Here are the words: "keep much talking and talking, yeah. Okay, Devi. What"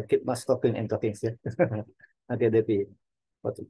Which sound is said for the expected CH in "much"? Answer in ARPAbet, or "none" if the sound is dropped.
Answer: S